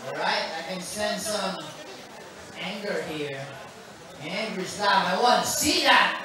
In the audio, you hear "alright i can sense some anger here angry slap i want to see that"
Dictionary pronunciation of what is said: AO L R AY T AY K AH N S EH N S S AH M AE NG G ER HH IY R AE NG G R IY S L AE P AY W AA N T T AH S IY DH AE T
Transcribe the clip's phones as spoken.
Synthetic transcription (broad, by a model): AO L R AY T AY K AH N S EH N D S AH M AE NG G ER HH IY R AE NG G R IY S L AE AY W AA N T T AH S IY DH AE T